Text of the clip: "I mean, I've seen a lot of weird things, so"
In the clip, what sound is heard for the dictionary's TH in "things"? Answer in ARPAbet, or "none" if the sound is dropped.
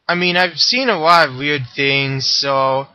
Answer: TH